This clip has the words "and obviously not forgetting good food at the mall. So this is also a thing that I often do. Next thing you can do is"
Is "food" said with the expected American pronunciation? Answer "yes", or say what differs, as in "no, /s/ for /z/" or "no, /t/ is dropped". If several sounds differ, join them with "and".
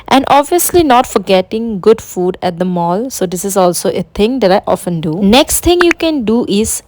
yes